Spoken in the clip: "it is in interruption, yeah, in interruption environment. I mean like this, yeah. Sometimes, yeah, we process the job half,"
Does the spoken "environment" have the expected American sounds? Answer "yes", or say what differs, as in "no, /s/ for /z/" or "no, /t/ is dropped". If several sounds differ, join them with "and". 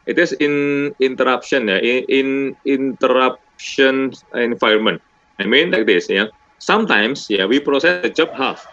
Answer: no, /ɹ/ is dropped